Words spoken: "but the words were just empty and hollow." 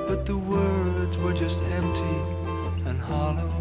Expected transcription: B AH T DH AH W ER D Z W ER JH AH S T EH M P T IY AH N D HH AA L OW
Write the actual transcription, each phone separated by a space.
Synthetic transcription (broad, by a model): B AH T DH AH W ER D Z W ER JH AH S T EH M P T IY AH N HH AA L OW